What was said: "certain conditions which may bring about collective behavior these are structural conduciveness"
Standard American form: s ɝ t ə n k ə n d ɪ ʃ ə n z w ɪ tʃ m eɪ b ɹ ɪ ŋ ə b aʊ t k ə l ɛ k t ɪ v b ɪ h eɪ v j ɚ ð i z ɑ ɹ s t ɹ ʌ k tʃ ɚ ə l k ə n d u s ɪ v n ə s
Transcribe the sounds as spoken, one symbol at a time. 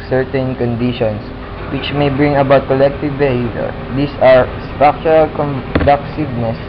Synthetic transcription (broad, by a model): s ɝ t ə n k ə n d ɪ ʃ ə n s w ɪ tʃ m eɪ b ɹ ɪ ŋ ə b aʊ t k ə l ɛ k t ɪ v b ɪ h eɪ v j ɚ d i s ɑ ɹ s t ɹ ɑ k tʃ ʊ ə l k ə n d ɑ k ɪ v n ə s